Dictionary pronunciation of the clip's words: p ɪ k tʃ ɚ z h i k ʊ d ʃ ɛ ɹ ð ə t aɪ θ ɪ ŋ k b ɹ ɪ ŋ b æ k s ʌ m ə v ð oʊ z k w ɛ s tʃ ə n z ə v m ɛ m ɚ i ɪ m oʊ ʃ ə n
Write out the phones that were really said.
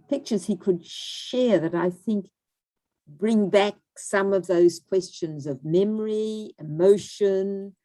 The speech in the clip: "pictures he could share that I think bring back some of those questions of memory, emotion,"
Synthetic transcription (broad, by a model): p ɪ k tʃ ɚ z h i k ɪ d ʃ ɛ ɹ ð ə t aɪ θ ɪ ŋ k b ɹ ɪ ŋ b æ k s ʌ m ə v ð oʊ z k w ɛ s tʃ ə n z ə v m ɛ m ɚ i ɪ m oʊ ʃ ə n